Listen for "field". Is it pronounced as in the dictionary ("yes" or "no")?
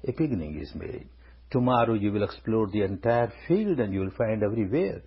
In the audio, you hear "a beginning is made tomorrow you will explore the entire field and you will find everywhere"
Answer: yes